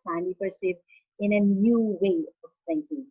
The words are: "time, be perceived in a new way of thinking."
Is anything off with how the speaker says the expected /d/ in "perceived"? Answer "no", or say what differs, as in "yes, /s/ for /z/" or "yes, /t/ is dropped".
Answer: yes, /d/ is dropped